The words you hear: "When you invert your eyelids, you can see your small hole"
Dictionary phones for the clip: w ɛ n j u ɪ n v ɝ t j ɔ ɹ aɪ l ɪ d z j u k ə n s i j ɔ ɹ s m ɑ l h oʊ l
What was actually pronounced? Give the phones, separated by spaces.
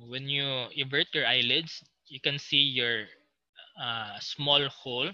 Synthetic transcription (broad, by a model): w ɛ n j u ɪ v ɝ t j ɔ ɹ aɪ l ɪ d s j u k ə n s i j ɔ ɹ s m ɑ l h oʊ l